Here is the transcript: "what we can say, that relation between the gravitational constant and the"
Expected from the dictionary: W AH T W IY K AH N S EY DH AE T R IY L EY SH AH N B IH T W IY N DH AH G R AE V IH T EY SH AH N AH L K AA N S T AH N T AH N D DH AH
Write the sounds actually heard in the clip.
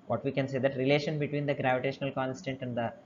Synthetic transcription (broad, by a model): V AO T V IY K AH N S EY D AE T R IY L EY SH AH N B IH T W IY N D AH G R AE V IH T EY SH AH N AH L K AA N S T AH N T AH N D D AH